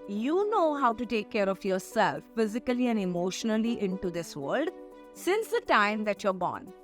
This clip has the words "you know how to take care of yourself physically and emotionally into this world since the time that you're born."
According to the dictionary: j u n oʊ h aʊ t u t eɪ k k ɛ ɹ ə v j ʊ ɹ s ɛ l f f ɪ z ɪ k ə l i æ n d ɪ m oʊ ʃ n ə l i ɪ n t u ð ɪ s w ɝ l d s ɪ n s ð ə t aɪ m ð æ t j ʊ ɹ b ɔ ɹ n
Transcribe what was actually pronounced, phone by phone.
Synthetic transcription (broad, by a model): j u n oʊ h aʊ t u t eɪ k k ɛ ɹ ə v j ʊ ɹ s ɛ l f f ɪ z ɪ k ə l i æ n d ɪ m oʊ ʃ n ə l i ɪ n t u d ɪ s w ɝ l d s ɪ n s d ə t aɪ m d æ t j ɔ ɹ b ɔ n